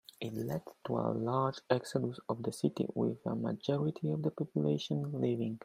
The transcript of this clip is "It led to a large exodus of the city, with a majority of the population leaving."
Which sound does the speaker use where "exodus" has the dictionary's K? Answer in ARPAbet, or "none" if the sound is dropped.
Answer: K